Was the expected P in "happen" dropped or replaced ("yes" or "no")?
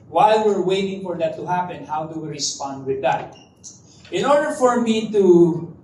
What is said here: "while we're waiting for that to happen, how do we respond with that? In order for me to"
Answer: no